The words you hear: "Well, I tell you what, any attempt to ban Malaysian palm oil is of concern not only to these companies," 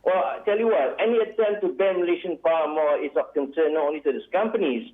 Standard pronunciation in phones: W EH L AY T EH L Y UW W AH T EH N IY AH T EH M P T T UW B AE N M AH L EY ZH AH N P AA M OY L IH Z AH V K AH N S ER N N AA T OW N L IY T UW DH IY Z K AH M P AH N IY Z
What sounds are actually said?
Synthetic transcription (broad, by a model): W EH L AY T EH L Y UW W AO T EH N IY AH T EH M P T T UW B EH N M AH L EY SH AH N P AA M OY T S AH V K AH N S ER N N AA T OW N L IY T UW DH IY S K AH M P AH N IY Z